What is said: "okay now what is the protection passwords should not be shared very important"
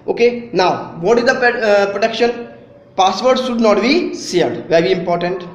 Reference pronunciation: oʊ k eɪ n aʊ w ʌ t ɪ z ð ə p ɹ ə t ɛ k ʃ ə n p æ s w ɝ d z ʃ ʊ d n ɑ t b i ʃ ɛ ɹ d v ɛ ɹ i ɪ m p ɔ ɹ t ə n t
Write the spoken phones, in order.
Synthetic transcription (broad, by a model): oʊ k eɪ n aʊ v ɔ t ɪ z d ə p ɹ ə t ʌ k ʃ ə n p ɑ s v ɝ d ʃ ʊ d n ɑ t b i s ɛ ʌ d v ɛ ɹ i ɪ m p ɔ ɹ t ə n t